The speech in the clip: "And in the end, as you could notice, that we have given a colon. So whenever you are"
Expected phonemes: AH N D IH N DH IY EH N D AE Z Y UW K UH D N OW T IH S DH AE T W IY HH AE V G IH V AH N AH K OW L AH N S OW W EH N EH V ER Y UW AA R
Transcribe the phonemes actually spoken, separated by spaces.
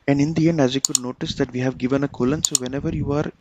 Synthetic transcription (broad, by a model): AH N D IH N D IY EH N D AE Z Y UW K UH D N OW T IH S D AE T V IY HH AE V G IH V AH N AH K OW L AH N S OW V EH N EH V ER Y UW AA R